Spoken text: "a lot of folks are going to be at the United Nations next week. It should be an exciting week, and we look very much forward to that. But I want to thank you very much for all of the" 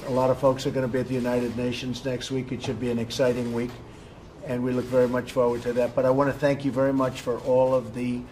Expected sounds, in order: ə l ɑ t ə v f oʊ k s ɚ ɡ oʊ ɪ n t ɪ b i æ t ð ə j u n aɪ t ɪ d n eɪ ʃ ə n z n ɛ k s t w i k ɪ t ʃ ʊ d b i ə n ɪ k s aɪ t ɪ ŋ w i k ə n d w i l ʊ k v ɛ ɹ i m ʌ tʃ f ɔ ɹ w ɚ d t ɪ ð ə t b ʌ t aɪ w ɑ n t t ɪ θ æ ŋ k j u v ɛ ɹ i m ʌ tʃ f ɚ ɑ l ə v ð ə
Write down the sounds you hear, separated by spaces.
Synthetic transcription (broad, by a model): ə l ɑ t ə v f oʊ k s ɚ ɡ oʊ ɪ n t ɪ b i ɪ t ð ə j u n aɪ t ɪ d n eɪ ʃ ə n z n ɛ k s t w i k ɪ t ʃ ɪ d b i ə n ɪ k s aɪ t ɪ ŋ w i k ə n w i l ʊ k v ɛ ɹ i m ʌ tʃ f ɔ ɹ w ɚ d t ɪ ð ə t b ʌ t aɪ w ɑ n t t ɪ θ æ ŋ k j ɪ v ɛ ɹ i m ʌ tʃ f ɚ ɑ l ə v ð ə